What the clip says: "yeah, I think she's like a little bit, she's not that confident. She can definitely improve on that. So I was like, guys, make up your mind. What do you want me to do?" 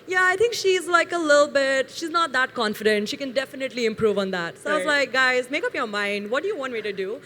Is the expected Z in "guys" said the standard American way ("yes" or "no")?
yes